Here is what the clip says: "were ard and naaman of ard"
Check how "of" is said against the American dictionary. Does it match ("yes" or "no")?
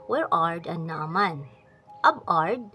no